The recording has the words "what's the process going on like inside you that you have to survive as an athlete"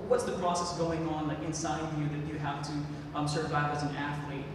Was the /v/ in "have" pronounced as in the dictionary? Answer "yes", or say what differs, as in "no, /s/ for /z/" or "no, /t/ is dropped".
no, /f/ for /v/